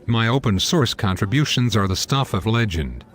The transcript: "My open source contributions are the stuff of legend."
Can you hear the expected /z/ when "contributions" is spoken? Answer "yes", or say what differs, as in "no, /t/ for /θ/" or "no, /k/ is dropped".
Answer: yes